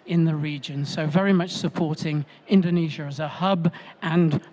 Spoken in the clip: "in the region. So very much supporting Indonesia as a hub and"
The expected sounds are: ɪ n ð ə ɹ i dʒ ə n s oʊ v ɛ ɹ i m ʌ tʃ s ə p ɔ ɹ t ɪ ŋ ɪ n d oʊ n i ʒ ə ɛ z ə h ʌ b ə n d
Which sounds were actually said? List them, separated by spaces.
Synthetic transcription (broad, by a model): ɪ n ð ə ɹ i dʒ ə n s oʊ v ɛ ɹ i m ʌ tʃ s ə p ɔ ɹ t ɪ ŋ ɪ n d oʊ n i ʒ ə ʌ z ə h ʌ b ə n